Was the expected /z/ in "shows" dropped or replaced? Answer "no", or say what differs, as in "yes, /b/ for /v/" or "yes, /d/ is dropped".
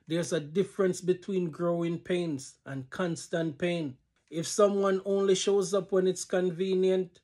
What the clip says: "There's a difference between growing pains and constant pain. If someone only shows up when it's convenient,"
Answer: no